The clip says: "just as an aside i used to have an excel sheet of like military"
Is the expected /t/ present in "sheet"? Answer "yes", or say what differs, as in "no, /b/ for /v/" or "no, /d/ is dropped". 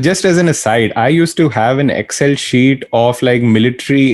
yes